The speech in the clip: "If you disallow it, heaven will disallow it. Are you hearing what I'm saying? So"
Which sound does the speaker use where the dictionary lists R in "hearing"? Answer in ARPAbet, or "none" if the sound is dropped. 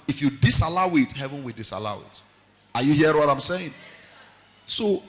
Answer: none